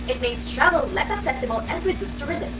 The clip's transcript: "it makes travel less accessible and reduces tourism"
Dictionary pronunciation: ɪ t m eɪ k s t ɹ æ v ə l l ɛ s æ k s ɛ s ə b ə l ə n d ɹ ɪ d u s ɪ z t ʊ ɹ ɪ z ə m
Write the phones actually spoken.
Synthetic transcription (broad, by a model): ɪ t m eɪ s t ɹ æ v ə l l ɛ s æ k s ɛ s ə b ə l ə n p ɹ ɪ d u s t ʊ ɹ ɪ z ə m